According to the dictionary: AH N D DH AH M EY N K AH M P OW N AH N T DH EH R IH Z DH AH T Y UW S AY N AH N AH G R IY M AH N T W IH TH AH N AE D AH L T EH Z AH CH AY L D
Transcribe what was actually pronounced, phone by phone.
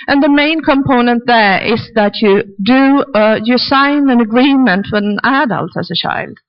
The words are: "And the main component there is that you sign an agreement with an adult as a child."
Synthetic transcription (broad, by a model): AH N DH AH M EY N K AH M P OW N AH N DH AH R IH Z DH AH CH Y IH S AY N AH N AH G R IY M AH N T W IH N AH N AE D AH L T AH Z AH CH AY L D